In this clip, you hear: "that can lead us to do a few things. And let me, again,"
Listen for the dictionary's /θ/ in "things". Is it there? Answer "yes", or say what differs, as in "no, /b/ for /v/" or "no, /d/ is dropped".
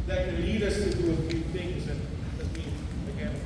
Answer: yes